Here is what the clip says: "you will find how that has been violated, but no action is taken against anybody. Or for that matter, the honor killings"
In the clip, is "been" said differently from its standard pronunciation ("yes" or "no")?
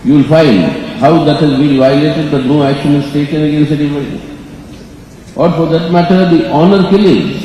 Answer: yes